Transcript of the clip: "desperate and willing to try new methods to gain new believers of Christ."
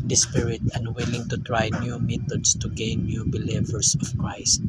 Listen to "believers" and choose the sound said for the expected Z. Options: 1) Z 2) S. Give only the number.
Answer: 2